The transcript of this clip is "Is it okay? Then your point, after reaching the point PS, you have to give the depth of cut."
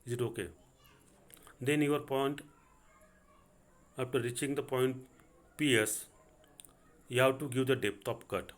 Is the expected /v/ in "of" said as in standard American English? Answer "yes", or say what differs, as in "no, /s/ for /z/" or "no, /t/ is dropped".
no, /p/ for /v/